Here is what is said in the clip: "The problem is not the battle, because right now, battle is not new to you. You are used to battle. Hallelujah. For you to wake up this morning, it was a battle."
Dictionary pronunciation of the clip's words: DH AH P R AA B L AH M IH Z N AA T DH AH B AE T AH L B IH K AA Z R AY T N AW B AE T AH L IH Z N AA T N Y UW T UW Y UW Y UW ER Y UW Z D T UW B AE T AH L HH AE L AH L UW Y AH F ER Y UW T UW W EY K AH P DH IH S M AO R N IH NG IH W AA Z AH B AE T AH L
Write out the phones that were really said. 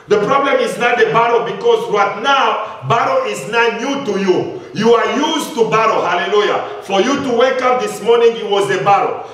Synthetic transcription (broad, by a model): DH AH P R AA B L AH M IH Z N AA T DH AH B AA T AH B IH K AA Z R AY T N AW B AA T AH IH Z N AA T N Y UW T UW Y UW Y UW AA Y UW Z T UW B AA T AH HH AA L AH L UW Y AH F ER Y UW T UW W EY K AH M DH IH S M AO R N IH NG IH W AA Z AH B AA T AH